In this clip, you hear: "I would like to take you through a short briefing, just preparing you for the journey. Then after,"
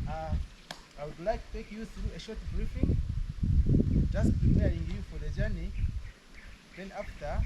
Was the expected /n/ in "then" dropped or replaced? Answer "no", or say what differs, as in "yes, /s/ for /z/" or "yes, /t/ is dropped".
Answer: no